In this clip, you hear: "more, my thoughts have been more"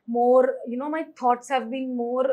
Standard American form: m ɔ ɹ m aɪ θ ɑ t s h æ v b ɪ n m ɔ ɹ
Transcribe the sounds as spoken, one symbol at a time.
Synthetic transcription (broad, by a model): m ɔ ɹ m aɪ t ɑ t s h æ v b ɪ n m ɔ ɹ